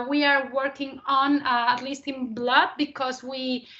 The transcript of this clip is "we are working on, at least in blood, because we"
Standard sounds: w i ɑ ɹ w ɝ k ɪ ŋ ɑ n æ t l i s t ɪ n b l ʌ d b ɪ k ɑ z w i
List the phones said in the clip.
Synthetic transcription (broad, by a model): w i ɑ ɹ w ɝ k ɪ ŋ ɑ n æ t l i s t ɪ n b l ʌ d b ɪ k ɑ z w i